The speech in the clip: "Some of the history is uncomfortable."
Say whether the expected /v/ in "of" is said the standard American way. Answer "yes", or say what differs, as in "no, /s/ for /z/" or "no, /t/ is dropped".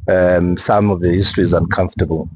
yes